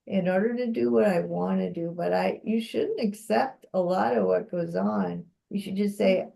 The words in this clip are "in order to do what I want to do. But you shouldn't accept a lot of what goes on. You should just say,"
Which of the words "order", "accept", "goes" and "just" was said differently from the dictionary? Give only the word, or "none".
none